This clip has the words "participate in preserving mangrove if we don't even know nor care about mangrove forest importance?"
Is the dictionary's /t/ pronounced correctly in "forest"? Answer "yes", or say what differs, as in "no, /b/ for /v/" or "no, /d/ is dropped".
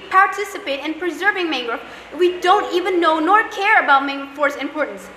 no, /t/ is dropped